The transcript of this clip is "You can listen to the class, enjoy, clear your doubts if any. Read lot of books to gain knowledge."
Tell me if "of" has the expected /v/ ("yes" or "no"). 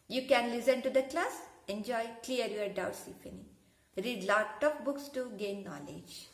no